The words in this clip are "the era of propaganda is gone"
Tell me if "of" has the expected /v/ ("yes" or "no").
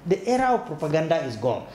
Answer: no